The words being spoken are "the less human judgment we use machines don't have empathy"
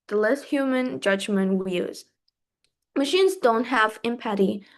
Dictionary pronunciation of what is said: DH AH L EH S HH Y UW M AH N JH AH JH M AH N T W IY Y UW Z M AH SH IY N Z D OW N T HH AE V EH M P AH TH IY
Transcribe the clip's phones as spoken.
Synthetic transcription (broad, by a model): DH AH L EH S HH Y UW M AH N JH AH JH M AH N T W IY Y UW Z M AH SH IY N Z D OW N T HH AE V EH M P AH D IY